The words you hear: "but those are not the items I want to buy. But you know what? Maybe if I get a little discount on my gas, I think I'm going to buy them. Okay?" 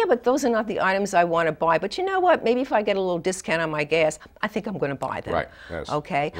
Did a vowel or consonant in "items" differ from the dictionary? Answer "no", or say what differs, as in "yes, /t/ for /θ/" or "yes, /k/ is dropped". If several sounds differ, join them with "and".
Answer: no